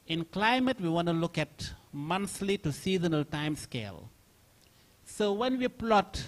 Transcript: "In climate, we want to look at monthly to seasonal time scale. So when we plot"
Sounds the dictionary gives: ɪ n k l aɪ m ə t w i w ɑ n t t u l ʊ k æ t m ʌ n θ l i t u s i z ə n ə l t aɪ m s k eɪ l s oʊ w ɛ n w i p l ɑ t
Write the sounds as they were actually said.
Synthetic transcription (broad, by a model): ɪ n k l aɪ m ə t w i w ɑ n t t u l ʊ k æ t m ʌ n s l i t u s i z ə n ə l t aɪ m s k eɪ l s oʊ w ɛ n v i p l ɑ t